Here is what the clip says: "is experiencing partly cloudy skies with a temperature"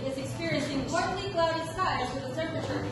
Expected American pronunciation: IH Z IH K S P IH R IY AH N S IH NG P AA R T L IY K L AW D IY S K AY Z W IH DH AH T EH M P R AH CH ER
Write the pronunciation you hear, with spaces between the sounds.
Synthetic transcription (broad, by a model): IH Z IH K S P IH R IY AH N S IH NG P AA R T N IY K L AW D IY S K AY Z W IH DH AH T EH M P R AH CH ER